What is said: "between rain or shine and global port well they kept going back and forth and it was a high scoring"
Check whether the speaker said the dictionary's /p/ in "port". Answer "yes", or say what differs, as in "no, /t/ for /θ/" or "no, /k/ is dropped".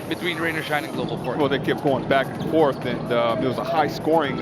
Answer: no, /f/ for /p/